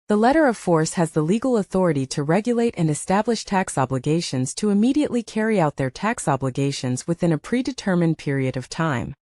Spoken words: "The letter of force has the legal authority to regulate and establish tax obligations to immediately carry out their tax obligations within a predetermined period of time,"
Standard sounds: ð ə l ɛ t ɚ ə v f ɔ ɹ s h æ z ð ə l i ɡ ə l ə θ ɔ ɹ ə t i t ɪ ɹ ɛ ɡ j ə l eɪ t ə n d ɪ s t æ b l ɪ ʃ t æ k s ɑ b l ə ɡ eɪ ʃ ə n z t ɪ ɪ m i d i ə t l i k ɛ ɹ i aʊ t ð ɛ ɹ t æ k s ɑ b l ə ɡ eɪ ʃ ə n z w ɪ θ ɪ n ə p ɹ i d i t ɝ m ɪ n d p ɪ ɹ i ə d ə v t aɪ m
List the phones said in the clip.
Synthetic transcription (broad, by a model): ð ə l ɛ t ɚ ə v f ɔ ɹ s h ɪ z ð ə l i ɡ l ə θ ɔ ɹ ə t i t ɪ ɹ ɛ ɡ j ə l eɪ t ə n ɪ s t æ b l ɪ ʃ t æ k s ɑ b l ə ɡ eɪ ʃ ə n z t ɪ ɪ m i d i ə t l i k ɛ ɹ i aʊ t ð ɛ ɹ t æ k s ɑ b l ə ɡ eɪ ʃ ə n z w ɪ θ ɪ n ə p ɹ i d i t ɝ m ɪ n p ɪ ɹ i ə d ə v t aɪ m